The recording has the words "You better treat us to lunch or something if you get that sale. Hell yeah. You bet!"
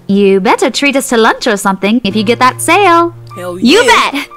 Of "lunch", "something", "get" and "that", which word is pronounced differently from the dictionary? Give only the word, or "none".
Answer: none